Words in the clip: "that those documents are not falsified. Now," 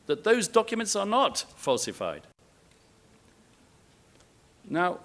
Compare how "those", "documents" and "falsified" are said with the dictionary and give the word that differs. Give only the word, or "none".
none